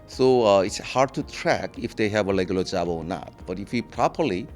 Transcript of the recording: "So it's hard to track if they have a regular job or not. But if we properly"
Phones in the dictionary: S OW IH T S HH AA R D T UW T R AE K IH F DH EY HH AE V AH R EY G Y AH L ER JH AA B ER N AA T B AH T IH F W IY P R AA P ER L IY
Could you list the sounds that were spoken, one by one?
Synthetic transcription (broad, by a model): S OW IH T S HH AA R D T UW T R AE K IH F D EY HH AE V AH L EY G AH L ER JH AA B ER N AA T B AH T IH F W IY P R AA P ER L IY